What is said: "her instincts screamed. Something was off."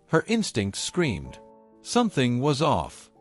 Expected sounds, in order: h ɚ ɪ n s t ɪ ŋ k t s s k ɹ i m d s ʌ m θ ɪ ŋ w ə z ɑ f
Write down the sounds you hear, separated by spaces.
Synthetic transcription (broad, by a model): h ɚ ɪ n s t ɪ ŋ k t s s k ɹ i m d s ʌ m θ ɪ ŋ w ə z ɑ f